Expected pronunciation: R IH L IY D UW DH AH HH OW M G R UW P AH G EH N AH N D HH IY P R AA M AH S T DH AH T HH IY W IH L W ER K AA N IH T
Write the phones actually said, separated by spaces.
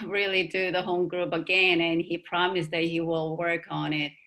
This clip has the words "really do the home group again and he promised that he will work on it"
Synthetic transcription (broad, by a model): R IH L IY D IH DH AH HH OW M G R UW P AH G EH N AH N IY P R AA M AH S DH AH T HH IY W IH L W ER K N IH T